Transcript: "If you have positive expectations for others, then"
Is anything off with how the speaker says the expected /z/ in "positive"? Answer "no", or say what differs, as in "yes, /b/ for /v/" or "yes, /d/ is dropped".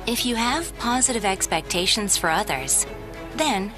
no